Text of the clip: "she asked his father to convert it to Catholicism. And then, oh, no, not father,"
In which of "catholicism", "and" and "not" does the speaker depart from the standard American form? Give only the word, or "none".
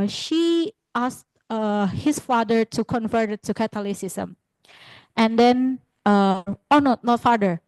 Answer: catholicism